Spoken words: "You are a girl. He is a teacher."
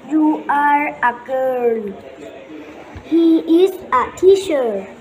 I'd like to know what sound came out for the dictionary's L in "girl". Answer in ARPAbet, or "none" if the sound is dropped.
N